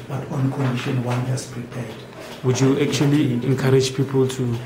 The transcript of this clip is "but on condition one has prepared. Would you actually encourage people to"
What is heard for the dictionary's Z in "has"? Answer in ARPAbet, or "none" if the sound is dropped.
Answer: S